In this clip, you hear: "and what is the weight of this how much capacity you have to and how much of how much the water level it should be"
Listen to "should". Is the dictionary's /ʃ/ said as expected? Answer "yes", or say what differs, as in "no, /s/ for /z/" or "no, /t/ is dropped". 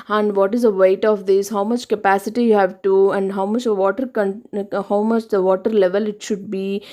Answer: yes